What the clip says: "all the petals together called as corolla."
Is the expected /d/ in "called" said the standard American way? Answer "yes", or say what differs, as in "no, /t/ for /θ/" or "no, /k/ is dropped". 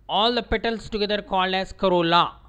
no, /d/ is dropped